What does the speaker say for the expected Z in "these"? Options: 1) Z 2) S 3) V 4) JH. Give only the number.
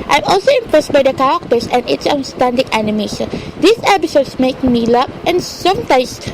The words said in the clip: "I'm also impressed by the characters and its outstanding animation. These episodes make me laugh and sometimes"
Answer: 2